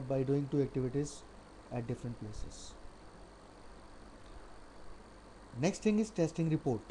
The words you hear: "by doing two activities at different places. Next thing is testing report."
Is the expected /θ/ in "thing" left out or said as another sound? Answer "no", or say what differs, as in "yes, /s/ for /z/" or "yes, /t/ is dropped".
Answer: yes, /t/ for /θ/